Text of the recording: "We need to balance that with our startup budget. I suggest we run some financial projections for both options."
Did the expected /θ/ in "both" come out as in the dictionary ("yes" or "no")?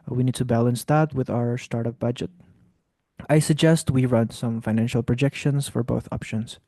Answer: yes